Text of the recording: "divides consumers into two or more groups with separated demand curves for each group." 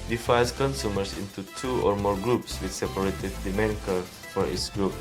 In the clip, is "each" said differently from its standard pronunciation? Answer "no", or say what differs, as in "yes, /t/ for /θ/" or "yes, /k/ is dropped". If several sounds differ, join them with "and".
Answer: yes, /s/ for /tʃ/